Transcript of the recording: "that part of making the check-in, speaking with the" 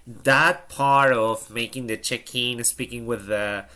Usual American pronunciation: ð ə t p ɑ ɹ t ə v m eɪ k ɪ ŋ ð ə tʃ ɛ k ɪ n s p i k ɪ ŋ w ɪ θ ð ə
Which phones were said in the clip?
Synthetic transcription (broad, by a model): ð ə t p ɑ ɹ t ə v m eɪ k ɪ ŋ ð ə tʃ ɛ k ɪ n s p i k ɪ ŋ w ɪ ð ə